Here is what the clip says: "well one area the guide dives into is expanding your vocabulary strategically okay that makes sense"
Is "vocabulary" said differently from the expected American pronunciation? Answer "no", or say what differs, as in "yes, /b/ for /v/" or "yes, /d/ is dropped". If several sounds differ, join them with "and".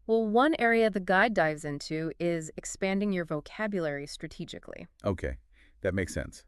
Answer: no